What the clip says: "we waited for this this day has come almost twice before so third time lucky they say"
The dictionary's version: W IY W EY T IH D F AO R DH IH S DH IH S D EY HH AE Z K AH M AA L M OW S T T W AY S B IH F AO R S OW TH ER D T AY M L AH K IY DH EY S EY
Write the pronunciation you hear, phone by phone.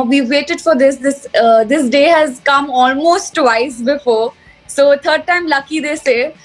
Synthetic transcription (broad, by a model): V IY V EY T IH D F AO R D IH S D IH S D EY HH AE Z K AH M AA L M OW S T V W AY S B IH F AO R S OW T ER D T AY M L AH K IY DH EY S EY